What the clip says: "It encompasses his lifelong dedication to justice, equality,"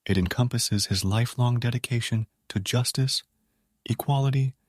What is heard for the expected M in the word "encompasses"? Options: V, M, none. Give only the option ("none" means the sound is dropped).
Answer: M